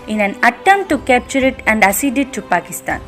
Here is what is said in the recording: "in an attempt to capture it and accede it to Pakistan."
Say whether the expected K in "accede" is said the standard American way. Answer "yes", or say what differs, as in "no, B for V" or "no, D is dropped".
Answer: no, K is dropped